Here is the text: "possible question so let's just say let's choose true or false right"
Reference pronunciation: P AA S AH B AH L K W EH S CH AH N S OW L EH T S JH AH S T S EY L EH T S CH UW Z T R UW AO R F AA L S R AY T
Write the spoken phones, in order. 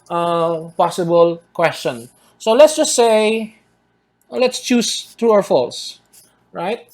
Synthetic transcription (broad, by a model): P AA S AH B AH L K W EH S CH AH N S OW L EH T S JH AH S T S EY L EH T S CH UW S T R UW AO W F AA L S R AY T